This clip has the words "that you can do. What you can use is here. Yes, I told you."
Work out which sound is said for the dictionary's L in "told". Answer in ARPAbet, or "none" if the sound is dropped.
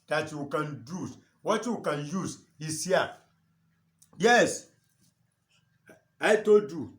none